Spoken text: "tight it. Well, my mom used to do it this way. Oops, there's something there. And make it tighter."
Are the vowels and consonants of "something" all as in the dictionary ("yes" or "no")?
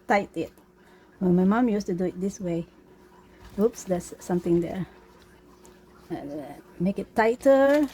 no